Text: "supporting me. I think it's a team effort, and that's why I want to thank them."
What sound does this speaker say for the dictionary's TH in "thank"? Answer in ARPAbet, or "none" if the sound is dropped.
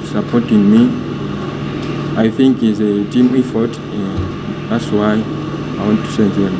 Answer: S